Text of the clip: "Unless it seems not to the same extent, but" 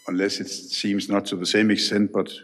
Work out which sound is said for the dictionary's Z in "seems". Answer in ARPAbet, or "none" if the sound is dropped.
Z